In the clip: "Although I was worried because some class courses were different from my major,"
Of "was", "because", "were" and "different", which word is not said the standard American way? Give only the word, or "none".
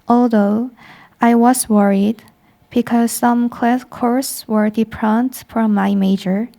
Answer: different